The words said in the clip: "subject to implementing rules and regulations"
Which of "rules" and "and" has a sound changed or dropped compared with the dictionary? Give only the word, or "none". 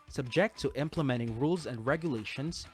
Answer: none